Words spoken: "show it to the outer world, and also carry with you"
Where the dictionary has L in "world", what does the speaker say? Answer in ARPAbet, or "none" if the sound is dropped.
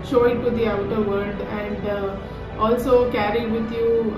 none